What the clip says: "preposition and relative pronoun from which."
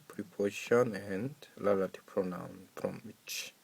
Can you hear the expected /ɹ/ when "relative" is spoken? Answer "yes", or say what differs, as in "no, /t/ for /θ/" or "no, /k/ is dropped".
no, /l/ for /ɹ/